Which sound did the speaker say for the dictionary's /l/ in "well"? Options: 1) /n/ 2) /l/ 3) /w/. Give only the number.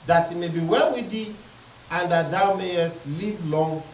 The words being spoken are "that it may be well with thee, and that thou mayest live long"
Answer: 1